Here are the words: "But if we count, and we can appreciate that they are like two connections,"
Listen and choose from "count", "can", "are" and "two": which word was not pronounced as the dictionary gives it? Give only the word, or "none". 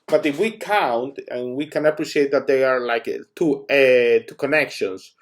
none